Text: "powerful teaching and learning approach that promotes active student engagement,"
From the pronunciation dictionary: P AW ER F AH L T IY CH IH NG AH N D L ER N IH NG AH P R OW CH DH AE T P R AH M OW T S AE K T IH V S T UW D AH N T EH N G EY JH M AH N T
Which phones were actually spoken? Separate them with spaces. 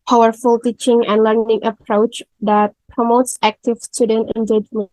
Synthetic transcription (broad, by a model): P AW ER F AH L T IY CH IH NG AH N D L ER N IH NG AH P R OW CH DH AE T P R AH M OW T S AE K T IH V S T UW D AH N T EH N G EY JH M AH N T